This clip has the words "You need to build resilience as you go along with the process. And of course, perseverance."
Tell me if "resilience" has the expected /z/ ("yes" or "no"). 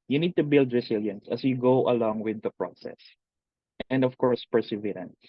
no